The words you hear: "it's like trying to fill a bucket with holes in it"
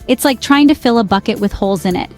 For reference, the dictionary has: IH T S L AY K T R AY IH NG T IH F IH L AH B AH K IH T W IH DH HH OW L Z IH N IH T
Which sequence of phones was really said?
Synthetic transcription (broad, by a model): IH T S L AY K T R AY IH NG T IH F IH L AH B AH K IH T W IH DH HH OW L Z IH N IH T